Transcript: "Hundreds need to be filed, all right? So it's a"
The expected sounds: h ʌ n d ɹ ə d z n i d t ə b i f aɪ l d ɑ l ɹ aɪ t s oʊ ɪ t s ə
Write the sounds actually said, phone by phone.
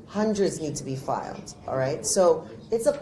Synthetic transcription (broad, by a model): h ʌ n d ɹ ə d z n i d t ə b i f aɪ l d ɑ l ɹ aɪ t s oʊ ɪ t s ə